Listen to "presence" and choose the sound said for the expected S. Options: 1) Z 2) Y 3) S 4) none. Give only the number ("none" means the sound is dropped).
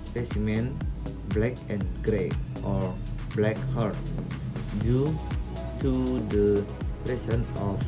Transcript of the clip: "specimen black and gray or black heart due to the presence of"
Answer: 4